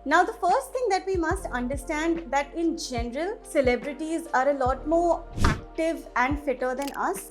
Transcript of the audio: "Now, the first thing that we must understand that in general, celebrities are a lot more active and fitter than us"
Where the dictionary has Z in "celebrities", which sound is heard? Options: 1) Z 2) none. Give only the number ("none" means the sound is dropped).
1